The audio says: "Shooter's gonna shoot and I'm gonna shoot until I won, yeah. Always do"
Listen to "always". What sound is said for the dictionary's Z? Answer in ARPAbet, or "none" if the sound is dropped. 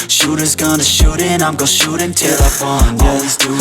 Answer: Z